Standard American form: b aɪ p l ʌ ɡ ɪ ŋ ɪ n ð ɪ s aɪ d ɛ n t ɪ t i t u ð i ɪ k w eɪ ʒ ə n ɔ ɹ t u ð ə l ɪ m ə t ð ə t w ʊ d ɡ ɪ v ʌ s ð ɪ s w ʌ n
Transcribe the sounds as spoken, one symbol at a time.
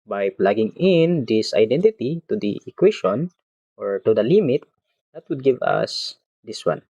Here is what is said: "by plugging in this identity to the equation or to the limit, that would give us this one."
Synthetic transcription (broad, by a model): b aɪ p l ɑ ɡ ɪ ŋ ɪ n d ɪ s aɪ d ɛ n t ɪ t i t u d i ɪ k w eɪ ʃ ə n ɔ ɹ t u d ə l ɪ m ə t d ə t w ʊ d ɡ ɪ v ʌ s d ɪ s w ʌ n